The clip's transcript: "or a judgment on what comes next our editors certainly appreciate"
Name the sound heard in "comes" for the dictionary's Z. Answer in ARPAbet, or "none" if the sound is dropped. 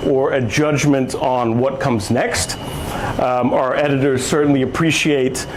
Z